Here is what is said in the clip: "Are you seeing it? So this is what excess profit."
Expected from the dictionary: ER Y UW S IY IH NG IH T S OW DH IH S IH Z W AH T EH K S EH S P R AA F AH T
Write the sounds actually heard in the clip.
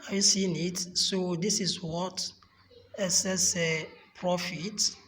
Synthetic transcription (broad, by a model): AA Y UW S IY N IH T S OW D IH S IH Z W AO T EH S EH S P R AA F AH T